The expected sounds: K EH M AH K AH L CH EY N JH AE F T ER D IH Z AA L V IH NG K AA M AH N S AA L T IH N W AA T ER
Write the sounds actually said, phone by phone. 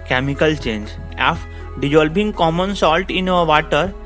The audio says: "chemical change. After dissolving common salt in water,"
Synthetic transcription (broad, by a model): K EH M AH K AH L CH EY N JH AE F D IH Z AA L B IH NG K AA M AH N S AA L T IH N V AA T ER